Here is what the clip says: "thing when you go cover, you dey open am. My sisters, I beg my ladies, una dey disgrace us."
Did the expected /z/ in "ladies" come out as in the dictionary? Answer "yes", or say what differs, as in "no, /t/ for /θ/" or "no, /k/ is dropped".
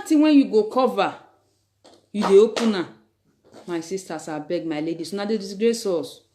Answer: no, /s/ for /z/